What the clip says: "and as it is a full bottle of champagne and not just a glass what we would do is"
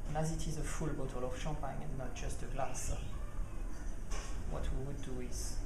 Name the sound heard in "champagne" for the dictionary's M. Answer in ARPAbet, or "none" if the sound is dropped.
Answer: none